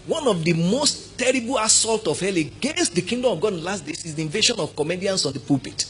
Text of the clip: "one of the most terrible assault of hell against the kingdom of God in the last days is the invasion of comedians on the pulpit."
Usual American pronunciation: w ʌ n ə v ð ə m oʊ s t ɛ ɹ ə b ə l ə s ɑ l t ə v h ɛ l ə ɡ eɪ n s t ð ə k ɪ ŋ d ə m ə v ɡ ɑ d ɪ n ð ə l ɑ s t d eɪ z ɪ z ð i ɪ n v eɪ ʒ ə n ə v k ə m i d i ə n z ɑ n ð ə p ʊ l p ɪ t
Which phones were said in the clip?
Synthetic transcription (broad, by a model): w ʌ n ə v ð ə m oʊ s t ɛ ɹ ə b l ə s ɑ l t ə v h ɛ l ə ɡ eɪ n s t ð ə k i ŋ d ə m ə v ɡ ɑ d ɪ n l ɑ s t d eɪ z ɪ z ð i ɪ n v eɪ ʃ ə n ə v k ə m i d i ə n s ɑ n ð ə p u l p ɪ t